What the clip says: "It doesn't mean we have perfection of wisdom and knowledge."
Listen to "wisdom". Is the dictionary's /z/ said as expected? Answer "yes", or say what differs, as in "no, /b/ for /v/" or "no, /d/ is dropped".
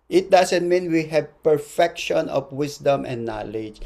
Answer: no, /s/ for /z/